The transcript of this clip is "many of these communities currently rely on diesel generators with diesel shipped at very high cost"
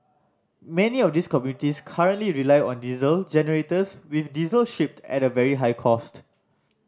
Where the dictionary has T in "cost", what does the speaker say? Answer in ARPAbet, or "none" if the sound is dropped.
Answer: T